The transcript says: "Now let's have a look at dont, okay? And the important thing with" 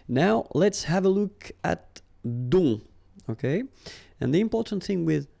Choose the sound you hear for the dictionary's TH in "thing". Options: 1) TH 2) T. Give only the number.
1